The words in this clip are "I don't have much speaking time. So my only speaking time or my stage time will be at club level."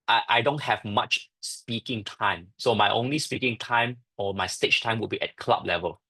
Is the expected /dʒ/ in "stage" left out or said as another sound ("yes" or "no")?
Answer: yes